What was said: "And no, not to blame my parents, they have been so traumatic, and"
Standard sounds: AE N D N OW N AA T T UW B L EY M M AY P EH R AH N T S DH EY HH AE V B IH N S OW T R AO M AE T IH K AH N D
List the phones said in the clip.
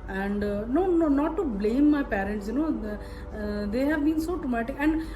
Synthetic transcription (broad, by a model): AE N D N OW N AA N T UW B L EY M M AY P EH R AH N T S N EY HH AE V B IH N S OW T R AO M AE T IH K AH N D